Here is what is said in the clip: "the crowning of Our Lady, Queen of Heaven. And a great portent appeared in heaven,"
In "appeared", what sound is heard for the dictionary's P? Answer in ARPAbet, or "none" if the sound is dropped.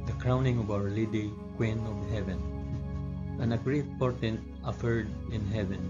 F